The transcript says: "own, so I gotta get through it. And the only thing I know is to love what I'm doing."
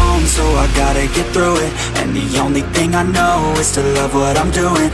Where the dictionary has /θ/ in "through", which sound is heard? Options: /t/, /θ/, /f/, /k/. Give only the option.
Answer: /θ/